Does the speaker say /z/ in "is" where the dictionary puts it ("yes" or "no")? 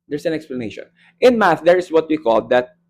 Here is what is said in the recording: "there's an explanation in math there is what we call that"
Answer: no